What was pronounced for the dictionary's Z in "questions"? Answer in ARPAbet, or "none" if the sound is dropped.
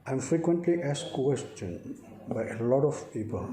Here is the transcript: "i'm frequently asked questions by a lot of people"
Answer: none